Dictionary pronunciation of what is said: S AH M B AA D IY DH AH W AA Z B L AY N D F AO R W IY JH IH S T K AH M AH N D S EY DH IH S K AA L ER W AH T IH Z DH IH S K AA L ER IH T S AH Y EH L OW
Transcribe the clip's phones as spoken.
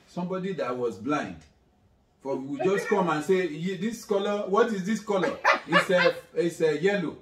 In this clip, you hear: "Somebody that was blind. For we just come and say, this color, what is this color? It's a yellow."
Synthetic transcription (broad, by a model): S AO M B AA D IY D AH W AA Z B L AY N D F AO W W IY JH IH S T K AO M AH N S EY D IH S K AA L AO W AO T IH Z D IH S K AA L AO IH S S AH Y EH L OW